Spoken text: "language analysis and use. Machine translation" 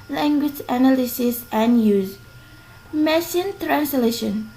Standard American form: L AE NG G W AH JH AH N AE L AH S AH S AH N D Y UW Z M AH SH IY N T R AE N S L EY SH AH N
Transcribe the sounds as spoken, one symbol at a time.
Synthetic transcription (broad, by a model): L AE NG G W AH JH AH N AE L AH S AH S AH N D Y UW Z M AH S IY N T R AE N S L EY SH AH N